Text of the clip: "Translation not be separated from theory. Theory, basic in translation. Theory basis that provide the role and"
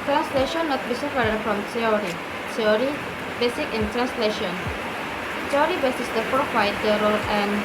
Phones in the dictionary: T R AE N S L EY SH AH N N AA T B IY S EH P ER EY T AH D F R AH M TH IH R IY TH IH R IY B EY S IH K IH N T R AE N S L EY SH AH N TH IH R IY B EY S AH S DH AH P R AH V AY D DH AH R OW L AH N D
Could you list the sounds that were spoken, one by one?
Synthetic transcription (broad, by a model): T R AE N S L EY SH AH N N AA T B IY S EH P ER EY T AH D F R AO M T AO R IY T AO R IY B EY S IH K IH N T R AE N S L EY SH AH N T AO R IY B EY S AH S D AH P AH W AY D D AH R OW L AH N